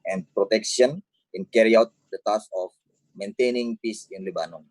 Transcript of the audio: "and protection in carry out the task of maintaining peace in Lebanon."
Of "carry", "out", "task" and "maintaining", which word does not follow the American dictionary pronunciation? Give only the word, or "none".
task